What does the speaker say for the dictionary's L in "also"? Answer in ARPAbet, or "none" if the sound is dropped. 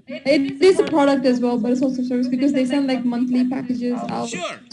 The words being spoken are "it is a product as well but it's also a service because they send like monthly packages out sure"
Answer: none